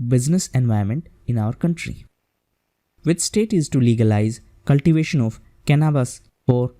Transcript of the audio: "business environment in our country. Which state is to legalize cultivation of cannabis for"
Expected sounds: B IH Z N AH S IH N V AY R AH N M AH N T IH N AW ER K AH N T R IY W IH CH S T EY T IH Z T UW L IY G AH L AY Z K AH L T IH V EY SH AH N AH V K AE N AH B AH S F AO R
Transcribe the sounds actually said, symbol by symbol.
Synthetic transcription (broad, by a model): B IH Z N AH S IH N V AY AH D M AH N T IH N AW ER K AH N T R IY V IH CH S T EY T IH Z T UW L IY G AH L AY Z K AH L T IH V EY SH AH N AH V K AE N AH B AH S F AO R